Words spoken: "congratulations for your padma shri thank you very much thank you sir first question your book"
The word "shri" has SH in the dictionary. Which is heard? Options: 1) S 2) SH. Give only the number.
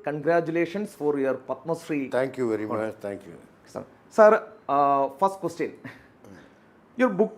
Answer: 1